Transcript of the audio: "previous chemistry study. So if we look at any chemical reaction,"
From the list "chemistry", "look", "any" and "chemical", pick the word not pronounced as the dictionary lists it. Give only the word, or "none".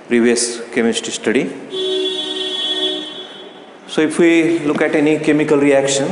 chemistry